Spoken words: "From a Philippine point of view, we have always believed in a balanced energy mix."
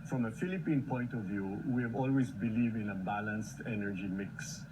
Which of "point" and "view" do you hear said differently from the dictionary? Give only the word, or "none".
none